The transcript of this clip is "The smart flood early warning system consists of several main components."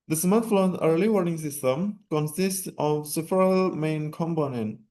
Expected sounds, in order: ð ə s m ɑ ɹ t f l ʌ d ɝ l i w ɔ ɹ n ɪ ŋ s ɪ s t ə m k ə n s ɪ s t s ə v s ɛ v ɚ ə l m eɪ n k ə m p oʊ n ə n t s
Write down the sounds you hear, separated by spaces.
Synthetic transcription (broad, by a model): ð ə s m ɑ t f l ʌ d ɝ l i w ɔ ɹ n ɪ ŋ s ɪ s t ə m k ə n s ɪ s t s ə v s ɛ f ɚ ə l m eɪ n k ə m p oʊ n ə n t